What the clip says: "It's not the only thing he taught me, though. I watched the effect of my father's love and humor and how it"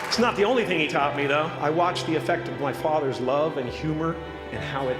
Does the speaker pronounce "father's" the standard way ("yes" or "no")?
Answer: yes